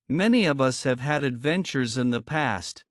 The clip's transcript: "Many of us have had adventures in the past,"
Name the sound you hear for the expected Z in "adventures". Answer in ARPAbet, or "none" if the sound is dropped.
Z